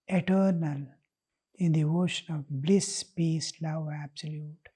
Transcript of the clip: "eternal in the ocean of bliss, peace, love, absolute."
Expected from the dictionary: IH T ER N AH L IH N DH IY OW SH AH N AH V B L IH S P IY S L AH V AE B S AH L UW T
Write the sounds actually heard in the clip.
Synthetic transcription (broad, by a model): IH T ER N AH L IH N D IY OW SH AH N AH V B L IH S P IY S L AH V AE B S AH L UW T